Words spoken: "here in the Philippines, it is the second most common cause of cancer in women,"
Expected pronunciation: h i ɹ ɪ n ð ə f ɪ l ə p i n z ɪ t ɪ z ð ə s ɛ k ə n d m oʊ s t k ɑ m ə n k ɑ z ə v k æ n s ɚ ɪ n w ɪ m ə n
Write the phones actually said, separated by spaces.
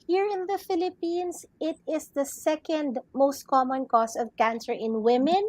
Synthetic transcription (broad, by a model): h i ɹ ɪ n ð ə f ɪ l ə p i n s ɪ t ɪ s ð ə s ɛ k ə n d m oʊ s t k ɑ m ə n k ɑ s ə v k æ n s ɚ ɪ n w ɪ m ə n